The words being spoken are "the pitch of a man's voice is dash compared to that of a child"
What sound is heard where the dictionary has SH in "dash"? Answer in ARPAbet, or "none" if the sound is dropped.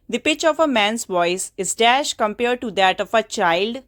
SH